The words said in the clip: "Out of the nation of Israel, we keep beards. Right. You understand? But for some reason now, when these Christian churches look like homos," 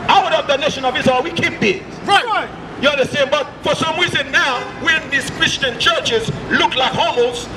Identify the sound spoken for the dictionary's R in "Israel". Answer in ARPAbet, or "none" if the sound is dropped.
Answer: none